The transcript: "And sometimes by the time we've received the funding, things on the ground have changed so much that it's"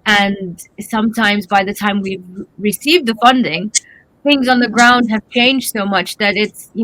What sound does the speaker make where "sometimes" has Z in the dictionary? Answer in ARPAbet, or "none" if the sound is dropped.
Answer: Z